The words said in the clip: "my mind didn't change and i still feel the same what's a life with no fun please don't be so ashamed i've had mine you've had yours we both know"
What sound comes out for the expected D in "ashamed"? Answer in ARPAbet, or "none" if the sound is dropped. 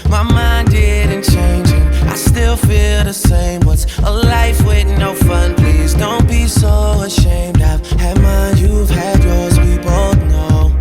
D